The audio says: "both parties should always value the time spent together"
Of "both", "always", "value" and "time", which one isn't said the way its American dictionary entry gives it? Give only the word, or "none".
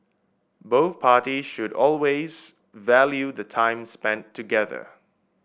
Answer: none